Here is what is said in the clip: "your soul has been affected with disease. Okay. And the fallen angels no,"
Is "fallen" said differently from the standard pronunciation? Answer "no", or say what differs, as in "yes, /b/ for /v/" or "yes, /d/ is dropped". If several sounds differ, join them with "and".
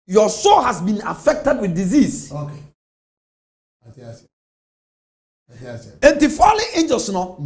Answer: yes, /n/ is dropped